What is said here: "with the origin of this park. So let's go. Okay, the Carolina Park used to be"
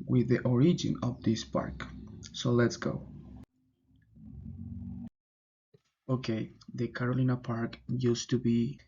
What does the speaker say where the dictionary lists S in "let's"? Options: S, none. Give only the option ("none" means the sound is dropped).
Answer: S